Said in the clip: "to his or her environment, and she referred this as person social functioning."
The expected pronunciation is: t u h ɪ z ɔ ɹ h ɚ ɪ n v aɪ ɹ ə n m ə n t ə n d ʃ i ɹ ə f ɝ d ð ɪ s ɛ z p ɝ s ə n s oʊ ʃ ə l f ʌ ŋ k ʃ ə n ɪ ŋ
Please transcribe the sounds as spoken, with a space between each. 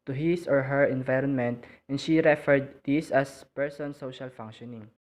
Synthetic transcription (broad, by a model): t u h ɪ s ɔ ɹ h ɚ ɪ n v aɪ ɹ ə n m ə n t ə n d ʃ i ɹ ə f ɝ d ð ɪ s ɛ s p ɝ s ə n s oʊ ʃ ə l f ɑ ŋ k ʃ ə n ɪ ŋ